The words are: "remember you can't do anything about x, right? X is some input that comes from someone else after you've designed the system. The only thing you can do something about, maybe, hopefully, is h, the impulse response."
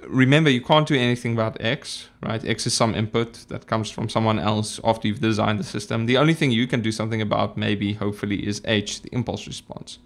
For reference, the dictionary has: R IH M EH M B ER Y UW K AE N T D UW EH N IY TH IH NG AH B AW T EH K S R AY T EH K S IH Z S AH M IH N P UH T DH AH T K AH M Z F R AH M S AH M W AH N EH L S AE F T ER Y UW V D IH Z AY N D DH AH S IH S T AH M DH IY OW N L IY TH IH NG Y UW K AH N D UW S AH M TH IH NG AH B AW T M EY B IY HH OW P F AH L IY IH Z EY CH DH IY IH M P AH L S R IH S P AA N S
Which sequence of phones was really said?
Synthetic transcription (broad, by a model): R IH M EH M B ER Y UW K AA N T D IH EH N IY TH IH NG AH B AW T EH K S R AY T EH K S IH Z S AH M IH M P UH T DH AH T K AH M Z F R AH M S AH M W AH N EH L S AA F T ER Y UW V D IH Z AY N D DH AH S IH S T AH M DH IY OW N L IY TH IH NG Y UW K AH N D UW S AH M TH IH NG AH B AW T M EY B IY HH OW P F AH L IY IH Z EY CH DH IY IH M P AH L S R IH S P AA N S